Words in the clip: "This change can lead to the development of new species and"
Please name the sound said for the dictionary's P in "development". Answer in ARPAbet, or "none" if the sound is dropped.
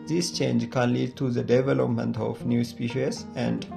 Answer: P